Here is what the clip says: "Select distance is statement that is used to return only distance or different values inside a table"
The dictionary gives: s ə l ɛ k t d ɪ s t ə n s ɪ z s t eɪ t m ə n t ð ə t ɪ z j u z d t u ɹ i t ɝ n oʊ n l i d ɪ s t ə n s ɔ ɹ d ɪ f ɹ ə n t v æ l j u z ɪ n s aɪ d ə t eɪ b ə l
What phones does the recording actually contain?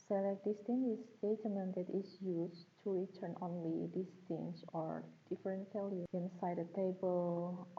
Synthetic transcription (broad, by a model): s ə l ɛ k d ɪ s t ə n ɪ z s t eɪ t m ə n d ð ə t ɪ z j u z t u ɹ i t ɝ n oʊ n l i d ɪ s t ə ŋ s ɔ ɹ d ɪ f ɹ ə n t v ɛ l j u ɪ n s aɪ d ə t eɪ b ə l